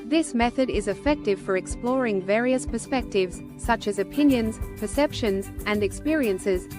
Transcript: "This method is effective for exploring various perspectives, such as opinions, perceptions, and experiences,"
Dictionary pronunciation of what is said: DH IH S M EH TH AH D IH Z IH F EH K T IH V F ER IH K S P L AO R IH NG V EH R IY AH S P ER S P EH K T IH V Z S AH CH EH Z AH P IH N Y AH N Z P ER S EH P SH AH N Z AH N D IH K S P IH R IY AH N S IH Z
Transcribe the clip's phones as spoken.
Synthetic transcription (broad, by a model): DH IH S M EH TH AH D IH Z IH F EH K T IH V F ER IH K S P L AO R IH NG V EH R IY AH S P ER S P EH K T IH V Z S AH CH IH Z AH P IH N Y AH N Z P ER S EH P SH AH N Z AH N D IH K S P IH R IY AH N S IH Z